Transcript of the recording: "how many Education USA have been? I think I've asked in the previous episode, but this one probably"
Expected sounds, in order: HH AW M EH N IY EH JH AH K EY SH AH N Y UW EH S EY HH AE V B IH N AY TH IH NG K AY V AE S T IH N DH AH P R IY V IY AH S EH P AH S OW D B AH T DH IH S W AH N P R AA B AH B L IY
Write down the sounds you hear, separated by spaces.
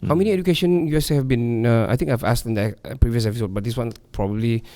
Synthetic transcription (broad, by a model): HH AW M EH N IY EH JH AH K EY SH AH N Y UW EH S HH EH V B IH N AY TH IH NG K AY V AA S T IH N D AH P R IY V IY AH S EH P AH S OW D B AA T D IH S W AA N P R AA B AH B L IY